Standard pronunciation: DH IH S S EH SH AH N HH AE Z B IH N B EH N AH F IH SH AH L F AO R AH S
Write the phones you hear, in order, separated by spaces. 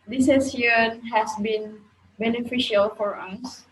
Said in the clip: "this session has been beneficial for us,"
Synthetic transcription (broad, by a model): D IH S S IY AH N HH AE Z B IH N B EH N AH F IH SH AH L F AO R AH S